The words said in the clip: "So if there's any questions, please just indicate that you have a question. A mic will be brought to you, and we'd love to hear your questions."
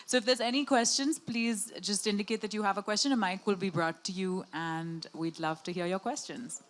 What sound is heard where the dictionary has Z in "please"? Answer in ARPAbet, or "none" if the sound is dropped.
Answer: Z